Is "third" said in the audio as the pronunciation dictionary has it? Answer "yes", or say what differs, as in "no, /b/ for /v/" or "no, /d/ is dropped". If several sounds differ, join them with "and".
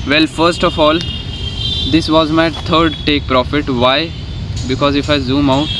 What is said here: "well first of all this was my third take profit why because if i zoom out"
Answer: no, /t/ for /θ/